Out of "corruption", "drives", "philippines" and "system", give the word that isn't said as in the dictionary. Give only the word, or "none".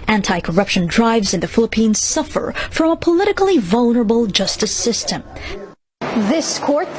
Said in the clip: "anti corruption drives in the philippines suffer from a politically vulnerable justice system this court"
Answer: none